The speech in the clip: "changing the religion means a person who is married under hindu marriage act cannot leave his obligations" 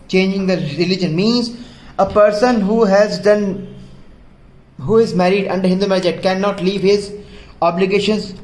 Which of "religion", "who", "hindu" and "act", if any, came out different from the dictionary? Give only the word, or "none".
act